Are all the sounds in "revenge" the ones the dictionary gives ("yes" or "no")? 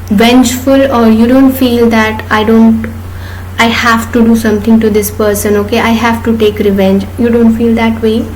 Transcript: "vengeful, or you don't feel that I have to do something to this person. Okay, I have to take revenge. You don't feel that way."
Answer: yes